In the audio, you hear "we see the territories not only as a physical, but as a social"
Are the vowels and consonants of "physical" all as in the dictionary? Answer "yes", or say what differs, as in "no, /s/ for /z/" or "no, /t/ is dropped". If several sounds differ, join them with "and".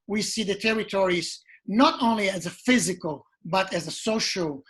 yes